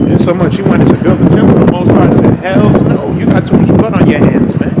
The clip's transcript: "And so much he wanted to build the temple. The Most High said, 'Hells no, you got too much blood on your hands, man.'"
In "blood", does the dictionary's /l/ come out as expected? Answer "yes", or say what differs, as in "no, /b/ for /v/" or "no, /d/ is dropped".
no, /l/ is dropped